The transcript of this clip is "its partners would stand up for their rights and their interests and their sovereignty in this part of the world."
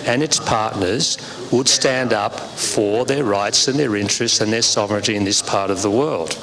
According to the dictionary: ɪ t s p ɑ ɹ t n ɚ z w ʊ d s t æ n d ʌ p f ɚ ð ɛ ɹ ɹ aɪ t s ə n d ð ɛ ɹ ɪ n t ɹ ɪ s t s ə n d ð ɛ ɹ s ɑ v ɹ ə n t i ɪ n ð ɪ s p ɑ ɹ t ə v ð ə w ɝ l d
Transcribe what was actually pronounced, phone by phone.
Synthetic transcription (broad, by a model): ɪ t s p ɑ ɹ t n ɚ z w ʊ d s t æ n d ʌ p f ɚ ð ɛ ɹ ɹ aɪ t s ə n ð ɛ ɹ ɪ n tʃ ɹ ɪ s t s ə n ð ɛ ɹ s ɑ v ɹ ə n t i ɪ n ð ɪ s p ɑ ɹ t ə v ð ə w ɝ l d